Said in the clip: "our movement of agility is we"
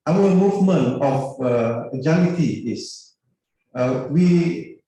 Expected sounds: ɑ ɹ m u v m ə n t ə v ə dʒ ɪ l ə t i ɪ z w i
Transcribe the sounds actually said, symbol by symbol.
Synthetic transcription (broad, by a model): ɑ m m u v m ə n ə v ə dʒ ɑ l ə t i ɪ s w i